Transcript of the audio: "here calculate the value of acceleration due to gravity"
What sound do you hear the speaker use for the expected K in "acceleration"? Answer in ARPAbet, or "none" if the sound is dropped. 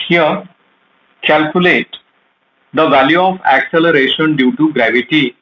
K